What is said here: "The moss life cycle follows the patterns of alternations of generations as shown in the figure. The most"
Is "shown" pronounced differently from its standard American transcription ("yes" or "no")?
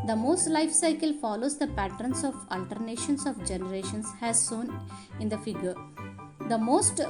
yes